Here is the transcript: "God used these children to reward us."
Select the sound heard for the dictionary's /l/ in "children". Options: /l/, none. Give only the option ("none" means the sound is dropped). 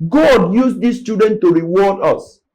none